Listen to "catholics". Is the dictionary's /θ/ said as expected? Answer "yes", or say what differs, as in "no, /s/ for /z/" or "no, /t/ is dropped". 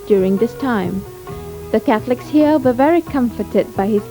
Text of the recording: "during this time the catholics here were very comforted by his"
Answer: yes